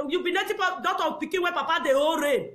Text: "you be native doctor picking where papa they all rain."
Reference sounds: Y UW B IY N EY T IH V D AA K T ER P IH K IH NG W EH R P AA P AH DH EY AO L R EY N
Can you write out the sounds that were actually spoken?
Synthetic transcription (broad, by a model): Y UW B IY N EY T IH P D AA T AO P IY K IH W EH P AA P AH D EY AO R EY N